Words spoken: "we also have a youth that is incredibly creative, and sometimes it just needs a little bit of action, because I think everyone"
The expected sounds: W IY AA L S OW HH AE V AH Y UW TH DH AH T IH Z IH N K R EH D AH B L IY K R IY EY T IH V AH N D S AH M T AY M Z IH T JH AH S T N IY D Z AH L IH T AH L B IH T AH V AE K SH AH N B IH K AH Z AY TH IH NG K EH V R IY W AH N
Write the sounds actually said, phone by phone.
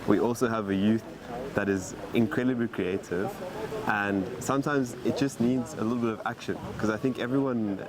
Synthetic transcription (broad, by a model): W IY AA L S OW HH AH V AH Y UW TH DH AH T IH Z IH N K R EH D AH B L IY K R IY EY T IH V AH N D S AH M T AY M Z IH T JH AH S T N IY D Z AH L IH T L B IH T AH V AE K SH AH N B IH K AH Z AY TH IH NG K EH V R IY W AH N